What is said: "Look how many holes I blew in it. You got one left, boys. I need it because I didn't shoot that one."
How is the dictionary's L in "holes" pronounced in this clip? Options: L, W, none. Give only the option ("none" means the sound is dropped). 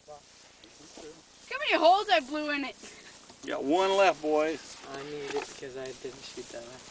L